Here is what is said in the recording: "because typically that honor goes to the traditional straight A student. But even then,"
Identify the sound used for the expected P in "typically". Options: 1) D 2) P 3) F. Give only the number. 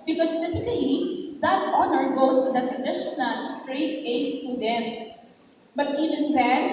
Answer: 3